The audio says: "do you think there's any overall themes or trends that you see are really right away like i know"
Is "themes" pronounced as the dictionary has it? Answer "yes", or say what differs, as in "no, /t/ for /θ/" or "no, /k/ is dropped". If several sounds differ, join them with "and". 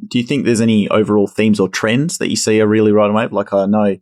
yes